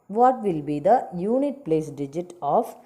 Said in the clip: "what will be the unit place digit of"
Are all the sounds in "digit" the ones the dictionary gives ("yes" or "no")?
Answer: yes